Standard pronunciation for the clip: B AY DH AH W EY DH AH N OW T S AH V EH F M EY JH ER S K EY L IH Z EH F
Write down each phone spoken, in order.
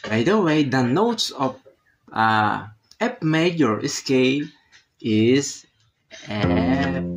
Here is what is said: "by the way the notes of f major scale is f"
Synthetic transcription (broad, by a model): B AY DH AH W EY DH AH N OW T S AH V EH P M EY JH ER S K EY L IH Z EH